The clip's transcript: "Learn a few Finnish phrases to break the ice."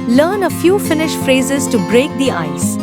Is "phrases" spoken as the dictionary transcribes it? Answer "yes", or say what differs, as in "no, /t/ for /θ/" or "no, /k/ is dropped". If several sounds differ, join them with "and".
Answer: yes